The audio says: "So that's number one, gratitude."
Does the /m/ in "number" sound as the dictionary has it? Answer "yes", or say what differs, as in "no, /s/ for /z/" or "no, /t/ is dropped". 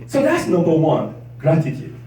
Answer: no, /m/ is dropped